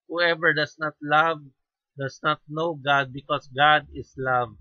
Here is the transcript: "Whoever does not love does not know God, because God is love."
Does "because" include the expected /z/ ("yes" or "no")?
no